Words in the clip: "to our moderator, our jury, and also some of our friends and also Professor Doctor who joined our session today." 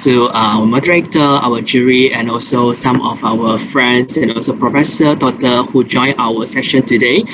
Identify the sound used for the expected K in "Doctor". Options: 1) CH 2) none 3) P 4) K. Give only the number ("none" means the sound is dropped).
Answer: 2